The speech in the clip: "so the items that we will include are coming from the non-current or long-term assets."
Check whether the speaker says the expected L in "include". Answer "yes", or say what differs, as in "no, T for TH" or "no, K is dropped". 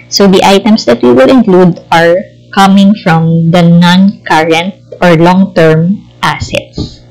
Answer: yes